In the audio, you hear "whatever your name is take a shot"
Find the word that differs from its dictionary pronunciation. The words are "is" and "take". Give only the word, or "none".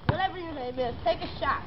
is